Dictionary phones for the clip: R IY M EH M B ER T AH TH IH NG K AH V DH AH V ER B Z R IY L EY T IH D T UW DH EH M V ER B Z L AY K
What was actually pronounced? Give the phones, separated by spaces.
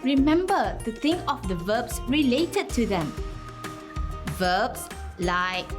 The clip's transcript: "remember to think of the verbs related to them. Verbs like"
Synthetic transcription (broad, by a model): R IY M EH M B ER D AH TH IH NG AH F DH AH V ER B S R IY L EY T IH D T UW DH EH M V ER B S L AY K